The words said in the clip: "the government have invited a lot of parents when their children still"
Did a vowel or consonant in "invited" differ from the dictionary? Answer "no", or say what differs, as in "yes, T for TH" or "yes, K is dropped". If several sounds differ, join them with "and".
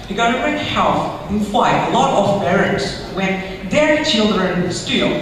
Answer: yes, F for V